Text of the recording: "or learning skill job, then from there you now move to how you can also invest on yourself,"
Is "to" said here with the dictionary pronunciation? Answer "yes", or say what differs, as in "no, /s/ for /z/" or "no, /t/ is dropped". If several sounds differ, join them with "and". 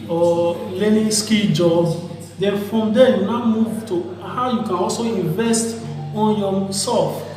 yes